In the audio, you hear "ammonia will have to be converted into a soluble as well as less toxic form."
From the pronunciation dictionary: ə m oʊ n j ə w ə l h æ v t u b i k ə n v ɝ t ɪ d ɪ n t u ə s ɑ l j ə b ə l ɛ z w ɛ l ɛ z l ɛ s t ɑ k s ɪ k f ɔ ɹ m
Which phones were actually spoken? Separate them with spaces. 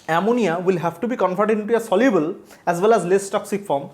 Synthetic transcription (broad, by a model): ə m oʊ n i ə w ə l h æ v t u b i k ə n f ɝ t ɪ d ɪ n t u ə s ɑ l j ə b ə l ɛ z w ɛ l ɛ z l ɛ s t ɑ k s ɪ k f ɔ ɹ m